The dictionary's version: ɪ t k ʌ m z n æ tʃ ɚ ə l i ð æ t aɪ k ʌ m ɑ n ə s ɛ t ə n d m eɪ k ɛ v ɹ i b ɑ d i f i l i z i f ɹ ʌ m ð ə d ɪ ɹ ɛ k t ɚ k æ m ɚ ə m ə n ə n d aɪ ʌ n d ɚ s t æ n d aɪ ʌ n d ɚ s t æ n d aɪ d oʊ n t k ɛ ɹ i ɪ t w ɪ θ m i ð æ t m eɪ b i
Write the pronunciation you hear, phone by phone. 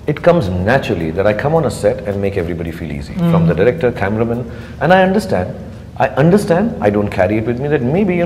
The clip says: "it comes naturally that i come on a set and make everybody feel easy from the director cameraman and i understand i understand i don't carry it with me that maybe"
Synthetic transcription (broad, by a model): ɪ t k ʌ m z n æ tʃ ɚ ə l i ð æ t aɪ k ʌ m ɑ n ə s ɛ t ə n d m eɪ k ɛ v ɹ i b ɑ d i f i l i z i f ɹ ʌ m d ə d ɪ ɹ ɛ k t ɚ k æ m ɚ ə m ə n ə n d aɪ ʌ n d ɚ s t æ n d aɪ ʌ n d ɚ s t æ n d aɪ d oʊ n t k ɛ ɹ i ɪ t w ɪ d m i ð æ t m eɪ b i